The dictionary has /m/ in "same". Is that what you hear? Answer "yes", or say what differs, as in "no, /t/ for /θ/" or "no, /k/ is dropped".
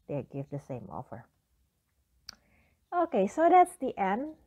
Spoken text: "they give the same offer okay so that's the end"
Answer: yes